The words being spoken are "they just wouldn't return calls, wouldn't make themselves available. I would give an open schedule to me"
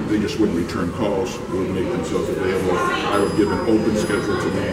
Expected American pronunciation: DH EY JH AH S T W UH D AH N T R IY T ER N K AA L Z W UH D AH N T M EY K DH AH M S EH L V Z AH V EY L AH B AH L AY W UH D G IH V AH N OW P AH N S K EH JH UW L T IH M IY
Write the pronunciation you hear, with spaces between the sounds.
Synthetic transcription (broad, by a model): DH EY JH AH S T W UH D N R IY T ER N K AA L Z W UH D M EY K DH AH M S EH L V Z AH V EY L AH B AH L AY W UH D G IH V AH N OW P AH N S K EH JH L T IH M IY